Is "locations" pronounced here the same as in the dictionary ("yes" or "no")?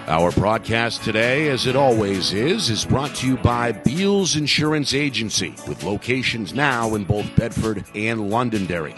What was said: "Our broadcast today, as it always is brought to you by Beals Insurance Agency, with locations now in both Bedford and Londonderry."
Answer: yes